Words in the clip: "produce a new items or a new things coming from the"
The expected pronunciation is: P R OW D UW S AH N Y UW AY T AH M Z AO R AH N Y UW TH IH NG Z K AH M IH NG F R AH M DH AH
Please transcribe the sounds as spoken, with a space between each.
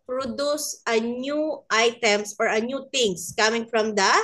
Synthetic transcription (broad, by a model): P R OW D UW S AH N Y UW AY T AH M S AO R AH N Y UW T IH NG S K AH M IH NG F R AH M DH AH